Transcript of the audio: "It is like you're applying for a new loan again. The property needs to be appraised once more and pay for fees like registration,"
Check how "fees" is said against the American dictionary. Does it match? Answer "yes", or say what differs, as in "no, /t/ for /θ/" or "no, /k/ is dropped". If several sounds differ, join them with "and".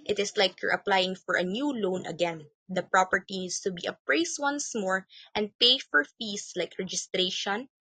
no, /s/ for /z/